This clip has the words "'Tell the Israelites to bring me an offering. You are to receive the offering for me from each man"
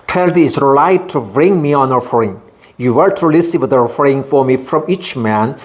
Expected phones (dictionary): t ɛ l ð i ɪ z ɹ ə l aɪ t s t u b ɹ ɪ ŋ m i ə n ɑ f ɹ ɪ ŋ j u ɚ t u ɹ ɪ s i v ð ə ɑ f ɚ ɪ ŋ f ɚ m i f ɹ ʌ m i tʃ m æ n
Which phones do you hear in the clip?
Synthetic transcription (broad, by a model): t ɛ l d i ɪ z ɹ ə l aɪ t t u b ɹ ɪ ŋ m i ə n ɑ f ɹ ɪ ŋ j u ɚ t u l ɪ s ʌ w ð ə ɑ f ɚ ɪ ŋ f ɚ m i f ɹ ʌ m i tʃ m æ n